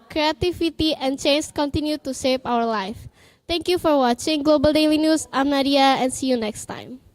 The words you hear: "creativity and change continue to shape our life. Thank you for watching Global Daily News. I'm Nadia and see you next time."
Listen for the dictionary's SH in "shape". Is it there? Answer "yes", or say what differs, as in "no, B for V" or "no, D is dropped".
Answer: no, S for SH